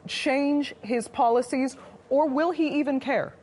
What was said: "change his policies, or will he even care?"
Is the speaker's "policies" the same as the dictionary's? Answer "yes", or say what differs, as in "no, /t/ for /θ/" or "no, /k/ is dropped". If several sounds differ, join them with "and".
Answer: yes